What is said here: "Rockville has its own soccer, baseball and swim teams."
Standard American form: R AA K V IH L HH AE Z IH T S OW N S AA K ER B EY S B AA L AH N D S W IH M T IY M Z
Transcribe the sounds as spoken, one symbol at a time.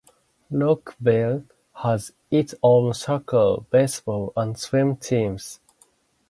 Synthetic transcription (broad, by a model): L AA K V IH L HH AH Z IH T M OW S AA K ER B EY S B AA L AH N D S W IH M T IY M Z